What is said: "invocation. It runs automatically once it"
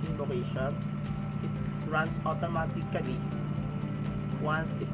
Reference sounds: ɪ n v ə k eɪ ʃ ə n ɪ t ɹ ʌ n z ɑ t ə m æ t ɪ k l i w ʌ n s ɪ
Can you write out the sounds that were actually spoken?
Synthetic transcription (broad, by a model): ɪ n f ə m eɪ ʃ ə n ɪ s ɹ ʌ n s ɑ t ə m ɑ t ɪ k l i w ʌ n s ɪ